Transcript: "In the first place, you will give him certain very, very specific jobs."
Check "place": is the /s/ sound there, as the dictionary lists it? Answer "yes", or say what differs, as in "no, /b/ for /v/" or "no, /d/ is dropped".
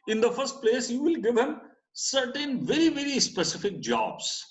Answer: yes